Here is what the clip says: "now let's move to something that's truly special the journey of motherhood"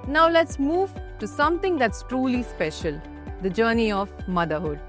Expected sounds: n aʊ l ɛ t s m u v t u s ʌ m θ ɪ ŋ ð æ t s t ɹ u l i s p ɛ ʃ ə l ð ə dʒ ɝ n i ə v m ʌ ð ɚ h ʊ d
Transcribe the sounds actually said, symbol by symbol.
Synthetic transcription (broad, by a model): n aʊ l ɛ t s m u v t u s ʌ m t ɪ ŋ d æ t s t ɹ u l i s p ɛ ʃ ə l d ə dʒ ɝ n i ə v m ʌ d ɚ h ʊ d